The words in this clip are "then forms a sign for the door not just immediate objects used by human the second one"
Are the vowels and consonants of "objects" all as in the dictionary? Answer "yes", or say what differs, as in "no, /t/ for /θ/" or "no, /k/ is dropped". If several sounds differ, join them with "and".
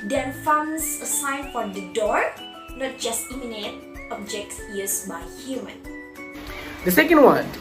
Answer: no, /s/ is dropped